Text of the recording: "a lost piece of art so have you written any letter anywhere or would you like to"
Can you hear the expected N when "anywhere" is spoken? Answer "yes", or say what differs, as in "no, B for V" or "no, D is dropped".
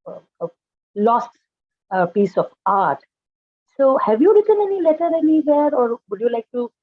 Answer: no, L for N